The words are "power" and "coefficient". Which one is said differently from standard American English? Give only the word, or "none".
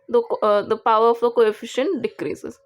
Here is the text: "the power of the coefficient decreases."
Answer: none